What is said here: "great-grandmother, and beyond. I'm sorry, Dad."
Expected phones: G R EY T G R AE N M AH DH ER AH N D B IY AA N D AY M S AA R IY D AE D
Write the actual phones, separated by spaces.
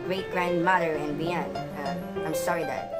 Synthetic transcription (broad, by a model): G R EY T G R AE N M AH DH ER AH N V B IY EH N AY M S AA R IY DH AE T